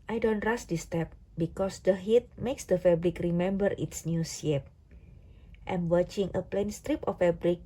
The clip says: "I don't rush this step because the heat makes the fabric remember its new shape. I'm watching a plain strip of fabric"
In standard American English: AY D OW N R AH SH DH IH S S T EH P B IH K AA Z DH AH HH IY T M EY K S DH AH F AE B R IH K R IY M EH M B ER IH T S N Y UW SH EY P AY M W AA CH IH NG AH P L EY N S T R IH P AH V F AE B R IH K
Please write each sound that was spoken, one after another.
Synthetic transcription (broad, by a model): AY D OW N R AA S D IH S S T EH P B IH K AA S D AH HH IY T M EY K S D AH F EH B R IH K R IY M EH M B ER IH T S N Y UW S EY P AY M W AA CH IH NG AH P L EY N S T R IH P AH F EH B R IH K